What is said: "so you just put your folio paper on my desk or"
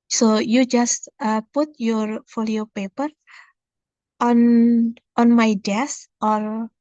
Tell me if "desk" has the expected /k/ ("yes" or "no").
no